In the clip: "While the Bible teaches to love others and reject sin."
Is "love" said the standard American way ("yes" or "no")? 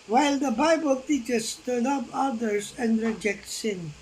no